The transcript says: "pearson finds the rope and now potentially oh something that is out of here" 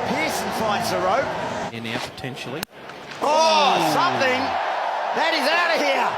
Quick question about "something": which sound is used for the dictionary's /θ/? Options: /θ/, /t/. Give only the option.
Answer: /θ/